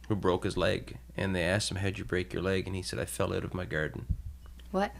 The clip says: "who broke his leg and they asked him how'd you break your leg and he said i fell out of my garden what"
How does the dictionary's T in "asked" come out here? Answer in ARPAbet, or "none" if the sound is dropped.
T